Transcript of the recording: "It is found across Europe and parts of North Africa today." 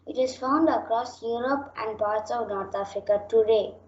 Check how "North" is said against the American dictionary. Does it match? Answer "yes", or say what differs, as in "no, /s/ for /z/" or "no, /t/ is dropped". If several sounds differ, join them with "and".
no, /t/ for /θ/